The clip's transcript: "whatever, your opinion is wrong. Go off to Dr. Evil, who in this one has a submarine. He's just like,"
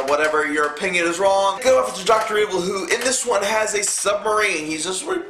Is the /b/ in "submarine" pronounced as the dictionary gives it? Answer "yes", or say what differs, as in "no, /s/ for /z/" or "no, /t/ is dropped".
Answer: yes